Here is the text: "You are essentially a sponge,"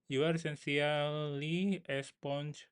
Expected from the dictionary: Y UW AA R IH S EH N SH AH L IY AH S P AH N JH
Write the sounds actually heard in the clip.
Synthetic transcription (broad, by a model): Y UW AA R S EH N S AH L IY AH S P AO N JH